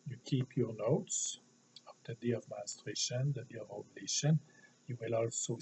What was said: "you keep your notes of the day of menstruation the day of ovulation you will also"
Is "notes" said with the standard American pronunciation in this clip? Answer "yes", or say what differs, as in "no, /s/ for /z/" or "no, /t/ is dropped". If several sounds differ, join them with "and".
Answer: yes